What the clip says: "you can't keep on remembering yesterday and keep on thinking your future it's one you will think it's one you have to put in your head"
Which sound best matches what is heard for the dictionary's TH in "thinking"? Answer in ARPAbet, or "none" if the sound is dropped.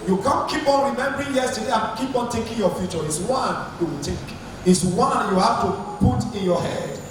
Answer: T